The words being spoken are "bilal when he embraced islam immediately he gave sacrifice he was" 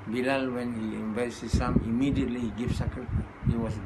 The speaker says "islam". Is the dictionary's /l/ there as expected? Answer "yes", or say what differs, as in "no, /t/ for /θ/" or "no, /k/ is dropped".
no, /l/ is dropped